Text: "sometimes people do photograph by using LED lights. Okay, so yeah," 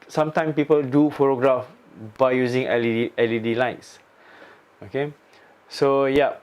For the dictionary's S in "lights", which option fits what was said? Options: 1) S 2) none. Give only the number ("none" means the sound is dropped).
1